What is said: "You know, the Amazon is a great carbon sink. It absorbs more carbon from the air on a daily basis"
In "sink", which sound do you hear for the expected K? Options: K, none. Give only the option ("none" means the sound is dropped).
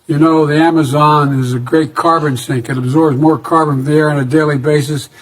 K